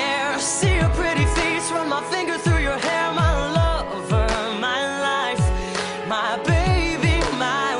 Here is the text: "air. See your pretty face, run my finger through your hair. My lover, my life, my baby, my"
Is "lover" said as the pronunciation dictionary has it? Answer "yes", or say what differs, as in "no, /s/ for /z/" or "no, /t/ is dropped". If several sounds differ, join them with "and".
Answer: yes